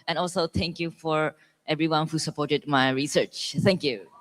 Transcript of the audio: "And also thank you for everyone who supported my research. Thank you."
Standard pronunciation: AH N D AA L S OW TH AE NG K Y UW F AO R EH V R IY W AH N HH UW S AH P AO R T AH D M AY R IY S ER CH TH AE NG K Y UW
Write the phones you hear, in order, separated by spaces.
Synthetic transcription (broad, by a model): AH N AA L S OW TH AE NG K Y UW F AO R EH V R IY W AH N HH UW S AH P AO R T AH D M AY R IY S ER CH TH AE NG K Y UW